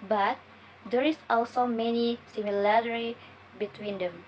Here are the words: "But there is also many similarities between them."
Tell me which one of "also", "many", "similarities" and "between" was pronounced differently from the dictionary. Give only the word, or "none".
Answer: similarities